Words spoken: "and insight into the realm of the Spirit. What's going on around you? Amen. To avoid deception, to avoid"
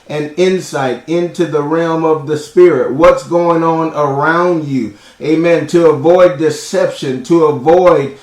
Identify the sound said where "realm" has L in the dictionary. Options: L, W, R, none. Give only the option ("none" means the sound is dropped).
L